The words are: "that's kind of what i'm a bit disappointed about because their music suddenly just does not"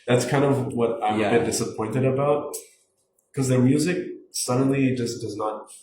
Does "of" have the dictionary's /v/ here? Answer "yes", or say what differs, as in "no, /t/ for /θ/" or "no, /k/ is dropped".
yes